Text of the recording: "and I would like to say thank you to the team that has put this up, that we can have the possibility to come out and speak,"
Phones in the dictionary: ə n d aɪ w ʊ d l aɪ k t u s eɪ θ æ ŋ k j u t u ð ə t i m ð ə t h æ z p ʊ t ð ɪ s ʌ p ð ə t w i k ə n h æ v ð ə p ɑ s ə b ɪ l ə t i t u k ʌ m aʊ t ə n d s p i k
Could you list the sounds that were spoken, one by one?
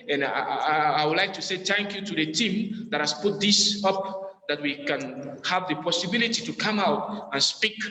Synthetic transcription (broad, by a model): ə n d aɪ w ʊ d l aɪ k t u s eɪ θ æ ŋ k j u t u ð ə t i m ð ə t h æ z p ʊ t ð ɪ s ʌ p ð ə t w i k ə n h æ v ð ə p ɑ s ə b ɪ l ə t i t u k ʌ m aʊ t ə n s p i k